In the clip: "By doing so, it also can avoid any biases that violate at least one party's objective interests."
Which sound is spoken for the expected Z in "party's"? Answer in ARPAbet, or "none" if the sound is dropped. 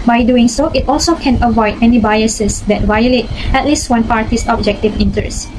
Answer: S